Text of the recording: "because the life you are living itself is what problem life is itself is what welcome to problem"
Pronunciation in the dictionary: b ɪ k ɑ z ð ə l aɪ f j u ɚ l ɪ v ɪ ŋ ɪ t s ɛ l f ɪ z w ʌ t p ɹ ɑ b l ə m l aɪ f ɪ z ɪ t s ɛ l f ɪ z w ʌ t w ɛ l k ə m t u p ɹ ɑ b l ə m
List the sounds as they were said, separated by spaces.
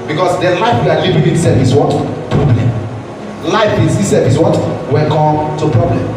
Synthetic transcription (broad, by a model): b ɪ k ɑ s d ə l aɪ f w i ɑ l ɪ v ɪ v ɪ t s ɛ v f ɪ s w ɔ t p ɹ ɑ b l ə m l aɪ f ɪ s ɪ s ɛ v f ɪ s w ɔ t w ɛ n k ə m t u p ɹ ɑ b l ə m